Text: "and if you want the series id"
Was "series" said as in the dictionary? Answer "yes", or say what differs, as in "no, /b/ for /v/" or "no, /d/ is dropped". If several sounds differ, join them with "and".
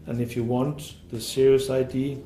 no, /s/ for /z/